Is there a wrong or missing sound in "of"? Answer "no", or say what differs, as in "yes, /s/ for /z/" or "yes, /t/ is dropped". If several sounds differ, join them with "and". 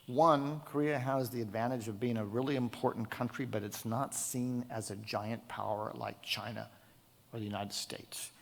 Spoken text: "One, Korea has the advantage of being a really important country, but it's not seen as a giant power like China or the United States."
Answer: no